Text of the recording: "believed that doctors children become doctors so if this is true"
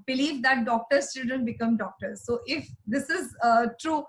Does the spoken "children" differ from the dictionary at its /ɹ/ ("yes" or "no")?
yes